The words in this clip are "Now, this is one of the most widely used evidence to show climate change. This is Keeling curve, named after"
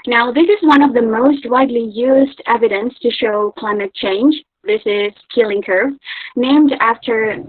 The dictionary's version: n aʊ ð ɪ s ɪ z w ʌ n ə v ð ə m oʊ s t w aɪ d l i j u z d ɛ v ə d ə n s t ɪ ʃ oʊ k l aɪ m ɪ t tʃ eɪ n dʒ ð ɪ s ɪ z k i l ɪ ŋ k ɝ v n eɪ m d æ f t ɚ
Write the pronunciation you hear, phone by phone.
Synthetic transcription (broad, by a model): n aʊ ð ɪ s ɪ z w ʌ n ə v ð ə m oʊ s t w aɪ d l i j u z d ɛ v ə d ə n s t ɪ ʃ oʊ k l aɪ m ɪ t tʃ eɪ n dʒ ð ɪ s ɪ z k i l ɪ ŋ k ɝ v n eɪ m d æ f t ɚ